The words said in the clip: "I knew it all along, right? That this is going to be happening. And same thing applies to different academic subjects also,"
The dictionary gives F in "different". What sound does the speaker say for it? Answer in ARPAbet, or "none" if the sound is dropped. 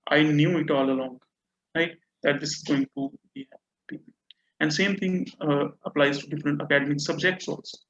F